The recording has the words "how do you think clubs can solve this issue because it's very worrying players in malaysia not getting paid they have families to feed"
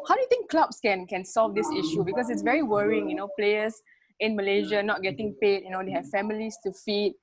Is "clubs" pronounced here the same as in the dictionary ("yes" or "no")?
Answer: no